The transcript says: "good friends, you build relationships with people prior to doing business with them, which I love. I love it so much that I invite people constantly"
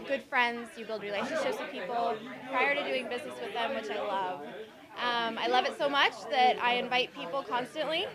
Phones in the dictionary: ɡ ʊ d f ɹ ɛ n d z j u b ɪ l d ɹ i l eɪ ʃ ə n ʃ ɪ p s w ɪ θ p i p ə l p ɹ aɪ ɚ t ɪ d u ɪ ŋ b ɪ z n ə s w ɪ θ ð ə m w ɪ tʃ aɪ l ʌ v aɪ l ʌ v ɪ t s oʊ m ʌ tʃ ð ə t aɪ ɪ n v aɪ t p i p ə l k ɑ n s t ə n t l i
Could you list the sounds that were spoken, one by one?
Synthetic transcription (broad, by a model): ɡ ʊ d f ɹ ɛ n d z j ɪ b ɪ l d ɹ i l eɪ ʃ ə n ʃ ɪ p s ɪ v p i p l p ɹ aɪ ɚ t ɪ d u ɪ ŋ b ɪ z n ə s w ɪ ð ə m w ɪ tʃ aɪ l ʌ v aɪ l ʌ v ɪ t s oʊ m ʌ tʃ ð ə t aɪ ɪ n v aɪ t p i p l k ɑ n s t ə n t l i